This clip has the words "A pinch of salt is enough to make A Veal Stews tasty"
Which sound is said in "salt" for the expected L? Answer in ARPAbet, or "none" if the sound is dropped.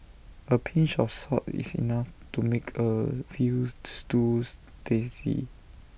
none